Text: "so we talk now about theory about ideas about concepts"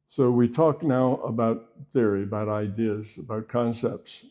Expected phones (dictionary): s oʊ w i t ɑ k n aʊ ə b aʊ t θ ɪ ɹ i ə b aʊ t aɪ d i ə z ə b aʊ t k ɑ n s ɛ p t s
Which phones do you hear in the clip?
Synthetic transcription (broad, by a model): s oʊ w i t ɑ k n aʊ ə b aʊ t θ ɪ ɹ i ə b aʊ t aɪ d i ə z ə b aʊ t k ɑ n s ɛ p t s